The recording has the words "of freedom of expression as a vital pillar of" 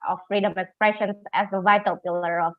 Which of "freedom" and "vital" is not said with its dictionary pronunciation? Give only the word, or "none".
none